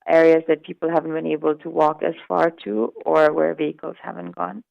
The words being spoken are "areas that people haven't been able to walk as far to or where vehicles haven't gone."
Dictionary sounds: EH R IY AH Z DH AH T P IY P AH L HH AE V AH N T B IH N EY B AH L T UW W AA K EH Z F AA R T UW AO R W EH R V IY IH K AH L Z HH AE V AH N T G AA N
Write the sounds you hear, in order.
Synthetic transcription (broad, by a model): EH R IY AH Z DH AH T P IY P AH L HH AE V AH N T B IH N EY B AH L T UW W AA K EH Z F AA R T UW AO R W EH R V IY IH K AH L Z HH AE V AH N T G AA N